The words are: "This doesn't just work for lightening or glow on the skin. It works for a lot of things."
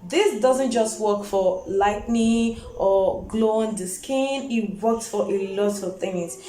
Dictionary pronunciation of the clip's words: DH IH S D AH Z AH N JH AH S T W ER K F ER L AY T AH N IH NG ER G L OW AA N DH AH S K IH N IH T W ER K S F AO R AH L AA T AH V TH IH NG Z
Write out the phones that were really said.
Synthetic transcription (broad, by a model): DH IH S D AH Z AH N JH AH S T W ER K F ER L AY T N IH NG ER G L OW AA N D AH S K IH N IH T W ER K S F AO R AH L AA T AH V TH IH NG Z